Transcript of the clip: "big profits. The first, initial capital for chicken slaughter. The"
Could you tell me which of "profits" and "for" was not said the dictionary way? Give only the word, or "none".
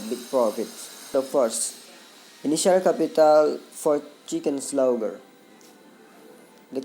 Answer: profits